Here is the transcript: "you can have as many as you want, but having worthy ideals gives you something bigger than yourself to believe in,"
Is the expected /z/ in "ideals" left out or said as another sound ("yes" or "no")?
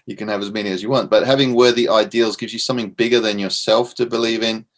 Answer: no